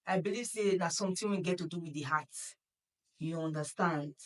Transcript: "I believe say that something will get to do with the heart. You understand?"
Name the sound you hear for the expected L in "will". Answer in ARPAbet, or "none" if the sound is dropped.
N